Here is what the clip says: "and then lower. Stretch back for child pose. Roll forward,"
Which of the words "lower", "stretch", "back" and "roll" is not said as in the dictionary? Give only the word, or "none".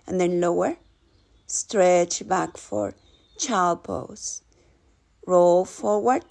none